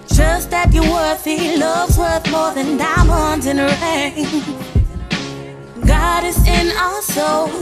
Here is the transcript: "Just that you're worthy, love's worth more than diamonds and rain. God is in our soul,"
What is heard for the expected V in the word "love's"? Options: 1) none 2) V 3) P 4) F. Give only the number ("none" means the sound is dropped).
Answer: 2